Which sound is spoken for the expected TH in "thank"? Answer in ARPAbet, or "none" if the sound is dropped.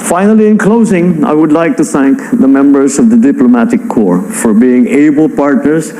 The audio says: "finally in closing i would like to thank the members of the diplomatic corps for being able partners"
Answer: TH